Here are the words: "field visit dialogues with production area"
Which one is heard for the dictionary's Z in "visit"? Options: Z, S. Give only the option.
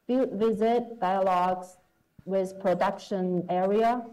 Z